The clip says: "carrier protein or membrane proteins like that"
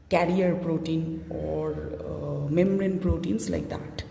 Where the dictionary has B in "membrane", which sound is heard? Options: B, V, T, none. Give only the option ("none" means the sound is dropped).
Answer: none